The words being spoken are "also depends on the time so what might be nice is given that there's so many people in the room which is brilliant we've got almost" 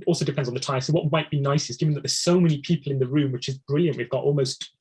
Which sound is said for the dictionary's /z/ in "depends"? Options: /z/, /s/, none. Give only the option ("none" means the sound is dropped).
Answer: /z/